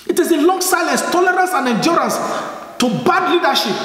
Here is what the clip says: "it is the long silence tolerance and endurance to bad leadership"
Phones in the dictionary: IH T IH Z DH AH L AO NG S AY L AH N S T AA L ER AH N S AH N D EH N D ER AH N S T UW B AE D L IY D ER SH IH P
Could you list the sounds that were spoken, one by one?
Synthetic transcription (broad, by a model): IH T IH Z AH L AO NG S AY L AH S T AA L ER AH N S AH N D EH N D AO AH N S T UW B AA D L IY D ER SH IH P